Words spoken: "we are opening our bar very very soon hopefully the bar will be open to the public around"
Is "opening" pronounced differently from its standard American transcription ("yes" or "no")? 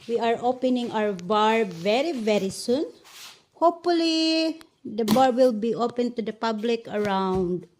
no